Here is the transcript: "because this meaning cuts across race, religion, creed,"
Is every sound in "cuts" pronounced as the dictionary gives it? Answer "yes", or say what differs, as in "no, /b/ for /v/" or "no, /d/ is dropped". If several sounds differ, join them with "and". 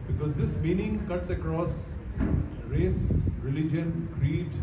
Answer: yes